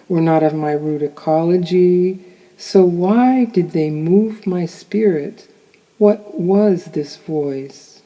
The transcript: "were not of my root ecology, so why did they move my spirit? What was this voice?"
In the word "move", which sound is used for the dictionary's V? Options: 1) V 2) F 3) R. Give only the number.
1